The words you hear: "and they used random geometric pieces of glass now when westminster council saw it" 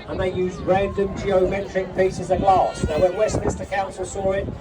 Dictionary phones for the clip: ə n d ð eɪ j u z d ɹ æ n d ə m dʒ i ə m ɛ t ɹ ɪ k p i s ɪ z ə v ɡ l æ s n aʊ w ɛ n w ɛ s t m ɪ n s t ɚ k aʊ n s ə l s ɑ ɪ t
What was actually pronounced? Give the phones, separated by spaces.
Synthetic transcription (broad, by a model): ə n ð eɪ j u z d ɹ æ n d ə m dʒ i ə m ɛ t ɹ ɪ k p i s ɪ z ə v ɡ l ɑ s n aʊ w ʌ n w ɛ s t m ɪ s t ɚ k aʊ n s ə l s ɑ ɪ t